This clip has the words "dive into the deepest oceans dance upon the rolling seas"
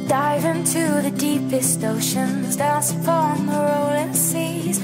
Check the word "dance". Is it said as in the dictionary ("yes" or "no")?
no